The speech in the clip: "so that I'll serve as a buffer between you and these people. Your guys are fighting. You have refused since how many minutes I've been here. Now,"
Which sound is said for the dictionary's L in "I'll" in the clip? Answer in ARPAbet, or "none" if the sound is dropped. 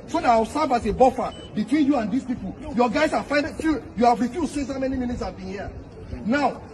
W